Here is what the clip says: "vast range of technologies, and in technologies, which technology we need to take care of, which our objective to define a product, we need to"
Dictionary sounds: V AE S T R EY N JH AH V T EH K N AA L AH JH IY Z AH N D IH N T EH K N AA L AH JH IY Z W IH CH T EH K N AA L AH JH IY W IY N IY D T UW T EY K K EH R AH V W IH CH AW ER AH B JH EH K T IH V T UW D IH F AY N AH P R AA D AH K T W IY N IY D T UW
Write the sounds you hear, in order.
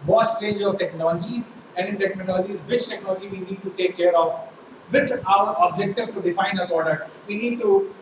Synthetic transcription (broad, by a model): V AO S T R EY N JH AH V T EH K N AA L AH JH IY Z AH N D IH N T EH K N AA L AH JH IY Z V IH CH T EH K N AA L AH JH IY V IY N IY D T UW T EY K K EH R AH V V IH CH AW ER AH B JH EH K T IH V T UW D IH F AY N AH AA D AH T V IY N IY D T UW